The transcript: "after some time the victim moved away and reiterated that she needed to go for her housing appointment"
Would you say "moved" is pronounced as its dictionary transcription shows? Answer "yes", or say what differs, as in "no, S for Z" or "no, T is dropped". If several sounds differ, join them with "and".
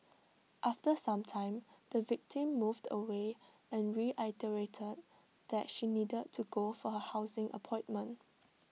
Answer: yes